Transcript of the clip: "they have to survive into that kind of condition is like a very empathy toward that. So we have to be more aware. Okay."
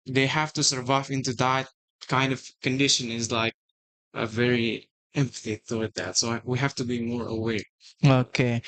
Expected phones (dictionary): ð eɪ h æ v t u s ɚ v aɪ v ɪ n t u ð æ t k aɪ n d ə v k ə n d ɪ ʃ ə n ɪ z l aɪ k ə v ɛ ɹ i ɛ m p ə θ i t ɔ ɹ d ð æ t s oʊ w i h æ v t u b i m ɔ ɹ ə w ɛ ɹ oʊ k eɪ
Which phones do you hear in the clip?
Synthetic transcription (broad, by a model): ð eɪ h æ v t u s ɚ v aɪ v ɪ n t u ð æ t k aɪ n d ə v k ə n d ɪ ʃ ə n ɪ z l aɪ k ə v ɛ ɹ i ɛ m p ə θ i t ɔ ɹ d ð æ t s oʊ w i h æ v t u b i m ɔ ɹ ə w ɛ ɹ oʊ k eɪ